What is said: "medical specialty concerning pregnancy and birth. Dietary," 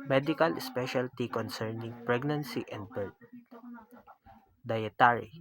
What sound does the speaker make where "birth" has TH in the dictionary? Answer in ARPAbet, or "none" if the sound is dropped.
T